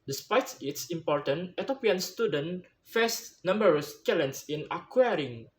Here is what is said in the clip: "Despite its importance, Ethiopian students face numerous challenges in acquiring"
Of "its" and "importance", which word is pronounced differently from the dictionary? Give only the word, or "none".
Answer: importance